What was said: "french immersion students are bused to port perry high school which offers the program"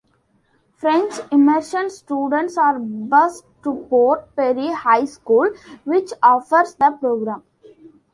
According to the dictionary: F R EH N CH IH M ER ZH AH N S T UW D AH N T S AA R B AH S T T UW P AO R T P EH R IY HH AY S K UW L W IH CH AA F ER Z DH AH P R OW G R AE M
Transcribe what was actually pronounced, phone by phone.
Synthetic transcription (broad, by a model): F R EH N CH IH M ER SH AH N S T UW D AH N T S AA R B AH S T T UW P AO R T P EH R IY HH AY S K UW L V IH CH AA F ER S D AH P R OW G R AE M